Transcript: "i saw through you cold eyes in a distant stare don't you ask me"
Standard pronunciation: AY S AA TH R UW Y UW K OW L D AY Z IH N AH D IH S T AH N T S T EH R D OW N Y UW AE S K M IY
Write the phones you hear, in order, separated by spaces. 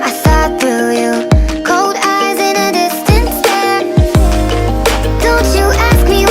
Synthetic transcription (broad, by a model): AY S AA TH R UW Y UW K OW L D AY Z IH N AH D IH S T AH N T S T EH D OW N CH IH AE S K M IY